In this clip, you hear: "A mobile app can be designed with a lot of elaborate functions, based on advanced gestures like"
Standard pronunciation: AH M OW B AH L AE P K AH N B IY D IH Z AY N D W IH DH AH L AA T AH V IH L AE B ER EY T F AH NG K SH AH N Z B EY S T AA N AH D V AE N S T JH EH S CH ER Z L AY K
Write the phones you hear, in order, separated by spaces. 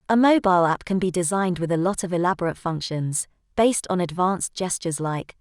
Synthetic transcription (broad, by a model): AH M OW B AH L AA P K AH N B IY D IH Z AY N D W IH DH AH L AA T AH V IH L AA B ER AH T F AH NG K SH AH N Z B EY S T N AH D V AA N S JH EH S CH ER Z L AY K